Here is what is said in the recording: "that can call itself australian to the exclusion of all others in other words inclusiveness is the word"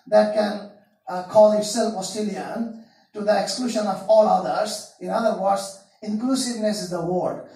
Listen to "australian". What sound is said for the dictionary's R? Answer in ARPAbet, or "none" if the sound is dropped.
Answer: none